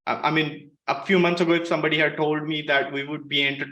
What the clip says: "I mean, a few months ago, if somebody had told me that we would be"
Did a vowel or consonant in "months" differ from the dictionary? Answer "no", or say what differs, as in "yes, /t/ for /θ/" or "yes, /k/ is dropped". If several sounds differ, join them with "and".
yes, /t/ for /θ/